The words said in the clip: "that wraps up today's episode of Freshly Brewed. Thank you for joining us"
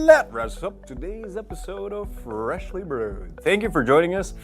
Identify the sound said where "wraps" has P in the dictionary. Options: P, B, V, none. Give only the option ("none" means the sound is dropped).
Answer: none